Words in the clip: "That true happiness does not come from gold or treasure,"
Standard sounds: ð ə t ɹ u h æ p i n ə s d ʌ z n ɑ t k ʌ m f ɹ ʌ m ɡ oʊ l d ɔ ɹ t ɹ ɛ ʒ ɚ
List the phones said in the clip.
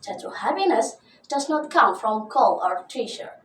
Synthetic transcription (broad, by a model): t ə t u h æ p i n ə s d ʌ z n ɑ t k ʌ m f ɹ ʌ m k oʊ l ɔ ɹ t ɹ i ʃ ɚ